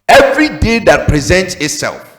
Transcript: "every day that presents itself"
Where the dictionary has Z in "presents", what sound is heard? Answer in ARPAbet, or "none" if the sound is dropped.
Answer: Z